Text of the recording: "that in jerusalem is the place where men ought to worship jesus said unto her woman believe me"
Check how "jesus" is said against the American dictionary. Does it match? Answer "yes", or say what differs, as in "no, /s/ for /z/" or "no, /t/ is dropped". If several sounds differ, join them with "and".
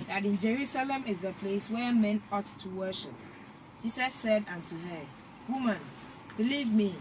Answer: no, /s/ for /z/